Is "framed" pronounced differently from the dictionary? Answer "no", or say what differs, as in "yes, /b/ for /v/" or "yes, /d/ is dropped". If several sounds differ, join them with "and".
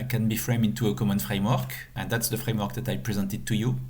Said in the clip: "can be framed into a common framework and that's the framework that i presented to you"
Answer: yes, /d/ is dropped